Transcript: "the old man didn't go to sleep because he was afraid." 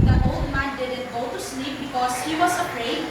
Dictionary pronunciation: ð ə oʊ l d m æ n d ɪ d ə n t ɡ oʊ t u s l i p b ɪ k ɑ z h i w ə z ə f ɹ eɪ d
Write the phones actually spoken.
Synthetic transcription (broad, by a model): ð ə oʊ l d m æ n d ɪ d ə n t ɡ oʊ t u s l i p b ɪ k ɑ s h i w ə s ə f ɹ eɪ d